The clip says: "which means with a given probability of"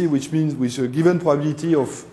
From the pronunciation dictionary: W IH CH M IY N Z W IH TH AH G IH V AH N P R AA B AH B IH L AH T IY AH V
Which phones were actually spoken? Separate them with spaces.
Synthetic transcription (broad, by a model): W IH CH M IY N S W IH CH AH G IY V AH N P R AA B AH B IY L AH T IY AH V